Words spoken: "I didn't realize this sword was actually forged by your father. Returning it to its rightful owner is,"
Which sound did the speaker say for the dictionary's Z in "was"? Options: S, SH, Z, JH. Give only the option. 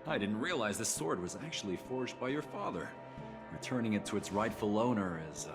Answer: Z